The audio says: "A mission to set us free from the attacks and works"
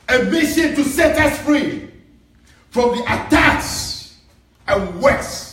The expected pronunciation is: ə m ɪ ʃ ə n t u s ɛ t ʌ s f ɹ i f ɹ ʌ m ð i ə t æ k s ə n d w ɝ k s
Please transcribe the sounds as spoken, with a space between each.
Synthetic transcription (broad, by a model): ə m ɪ ʃ ə n t u s ɛ t ʌ s f ɹ i f ɹ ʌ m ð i ə t æ k s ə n w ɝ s